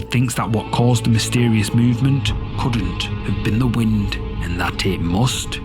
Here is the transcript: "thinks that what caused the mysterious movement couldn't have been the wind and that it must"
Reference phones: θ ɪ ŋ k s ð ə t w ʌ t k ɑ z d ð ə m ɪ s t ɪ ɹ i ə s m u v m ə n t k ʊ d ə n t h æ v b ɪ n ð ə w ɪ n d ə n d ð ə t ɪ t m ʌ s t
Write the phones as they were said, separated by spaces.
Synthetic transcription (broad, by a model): θ ɪ ŋ k s ð ə t w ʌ t k ɑ z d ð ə m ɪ s t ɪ ɹ i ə s m u v m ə n k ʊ d n t h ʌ v b ɪ n ð ə w ɪ n d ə n ð ə t ɪ t m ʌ s t